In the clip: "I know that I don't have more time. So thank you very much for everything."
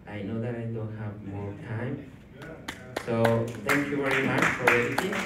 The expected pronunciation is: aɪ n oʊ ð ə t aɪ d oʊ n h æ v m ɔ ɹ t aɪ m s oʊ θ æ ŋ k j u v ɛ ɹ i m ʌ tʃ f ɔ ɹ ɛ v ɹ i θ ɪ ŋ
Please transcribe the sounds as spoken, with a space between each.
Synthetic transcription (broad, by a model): aɪ n oʊ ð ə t aɪ d oʊ n h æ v m ɔ ɹ t aɪ m s oʊ t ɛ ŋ k j u v ɛ ɹ i m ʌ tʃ f ɔ ɹ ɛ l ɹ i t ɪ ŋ